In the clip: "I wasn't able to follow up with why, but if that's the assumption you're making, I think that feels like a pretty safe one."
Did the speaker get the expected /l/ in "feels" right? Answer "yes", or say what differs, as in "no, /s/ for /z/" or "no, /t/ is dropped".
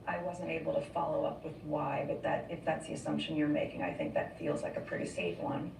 yes